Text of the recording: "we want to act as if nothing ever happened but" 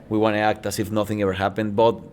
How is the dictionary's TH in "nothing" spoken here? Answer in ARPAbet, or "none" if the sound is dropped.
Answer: TH